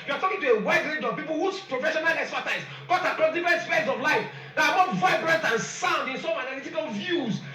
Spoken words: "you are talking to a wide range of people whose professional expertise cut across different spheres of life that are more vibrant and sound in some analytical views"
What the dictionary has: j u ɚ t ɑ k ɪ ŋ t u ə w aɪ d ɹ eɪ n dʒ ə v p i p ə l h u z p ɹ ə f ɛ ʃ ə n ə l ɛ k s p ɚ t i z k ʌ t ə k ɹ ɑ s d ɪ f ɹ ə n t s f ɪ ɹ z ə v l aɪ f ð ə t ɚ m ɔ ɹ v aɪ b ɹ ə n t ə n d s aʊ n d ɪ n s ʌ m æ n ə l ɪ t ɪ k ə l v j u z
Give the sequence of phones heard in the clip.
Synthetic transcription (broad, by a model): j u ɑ t ɑ k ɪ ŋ t u ə w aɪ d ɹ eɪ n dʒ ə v p i p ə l h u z p ɹ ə f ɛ ʃ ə n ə l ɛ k s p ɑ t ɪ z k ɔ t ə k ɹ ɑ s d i f ɹ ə n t s p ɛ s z ə v l aɪ f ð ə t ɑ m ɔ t v aɪ b ɹ ə n t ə n s aʊ n d ɪ n s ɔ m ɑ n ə l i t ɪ k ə l v j u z